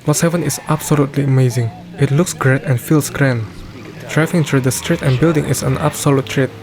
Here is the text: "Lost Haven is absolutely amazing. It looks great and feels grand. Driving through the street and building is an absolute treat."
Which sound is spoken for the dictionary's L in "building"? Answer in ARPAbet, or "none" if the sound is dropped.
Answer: L